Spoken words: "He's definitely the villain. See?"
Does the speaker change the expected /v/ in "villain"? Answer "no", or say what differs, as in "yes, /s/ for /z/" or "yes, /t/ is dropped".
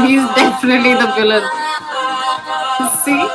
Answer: yes, /b/ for /v/